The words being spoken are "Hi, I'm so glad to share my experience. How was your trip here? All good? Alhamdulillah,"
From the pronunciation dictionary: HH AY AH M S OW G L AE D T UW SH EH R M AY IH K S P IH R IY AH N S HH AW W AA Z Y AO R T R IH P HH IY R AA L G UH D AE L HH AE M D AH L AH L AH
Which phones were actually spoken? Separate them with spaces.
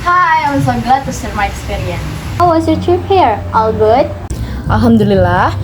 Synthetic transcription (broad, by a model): HH AY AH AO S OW G L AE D T UW S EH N M AY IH K S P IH R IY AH N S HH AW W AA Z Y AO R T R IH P HH IY R AA L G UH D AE L HH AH M D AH L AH L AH